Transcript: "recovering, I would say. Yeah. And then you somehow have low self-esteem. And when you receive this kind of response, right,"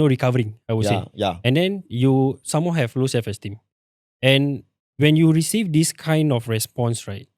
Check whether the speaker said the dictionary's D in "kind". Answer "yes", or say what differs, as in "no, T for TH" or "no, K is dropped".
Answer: yes